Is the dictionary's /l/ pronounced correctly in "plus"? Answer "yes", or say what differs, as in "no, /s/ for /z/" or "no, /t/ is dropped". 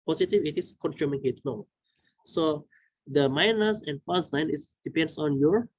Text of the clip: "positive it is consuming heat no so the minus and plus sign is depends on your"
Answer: no, /l/ is dropped